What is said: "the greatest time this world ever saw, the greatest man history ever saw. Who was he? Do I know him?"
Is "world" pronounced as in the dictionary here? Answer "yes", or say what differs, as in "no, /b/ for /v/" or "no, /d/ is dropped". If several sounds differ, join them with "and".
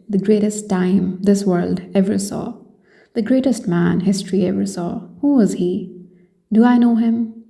yes